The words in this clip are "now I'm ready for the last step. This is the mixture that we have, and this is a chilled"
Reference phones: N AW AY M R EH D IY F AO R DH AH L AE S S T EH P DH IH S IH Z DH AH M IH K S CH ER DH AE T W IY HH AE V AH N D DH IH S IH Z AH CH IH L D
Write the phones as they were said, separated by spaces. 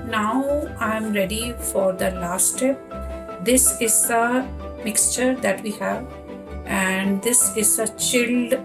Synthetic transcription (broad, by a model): N AW AY M R EH D IY F AO R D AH L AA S S T EH P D IH S IH Z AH M IH K S CH ER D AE T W IY HH AE V AH N D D IH S IH Z AH CH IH L D